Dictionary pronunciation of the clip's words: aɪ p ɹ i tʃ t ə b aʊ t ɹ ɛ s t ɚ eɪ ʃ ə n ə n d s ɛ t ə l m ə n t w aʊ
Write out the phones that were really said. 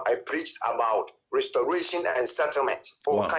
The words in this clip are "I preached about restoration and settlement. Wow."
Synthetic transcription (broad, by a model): aɪ p ɹ i tʃ t ə b aʊ t ɹ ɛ s t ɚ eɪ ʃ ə n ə n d s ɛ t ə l m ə n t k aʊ